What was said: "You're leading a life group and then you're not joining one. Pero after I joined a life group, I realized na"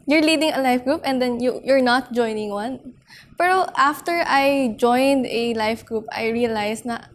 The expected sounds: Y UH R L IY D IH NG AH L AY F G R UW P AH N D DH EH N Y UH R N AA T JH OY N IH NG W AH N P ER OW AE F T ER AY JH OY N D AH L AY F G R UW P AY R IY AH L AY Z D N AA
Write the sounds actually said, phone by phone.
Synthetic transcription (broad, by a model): Y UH R L IY D IH NG AH L AY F G R UW P AH N D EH N Y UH R N AA T JH OY N IH NG W AH N P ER OW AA F T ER AY JH OY N D AH L AY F G R UW P AY R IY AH L AY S N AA